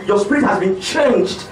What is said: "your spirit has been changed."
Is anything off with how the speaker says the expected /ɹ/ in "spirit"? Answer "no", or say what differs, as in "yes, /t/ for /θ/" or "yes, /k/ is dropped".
no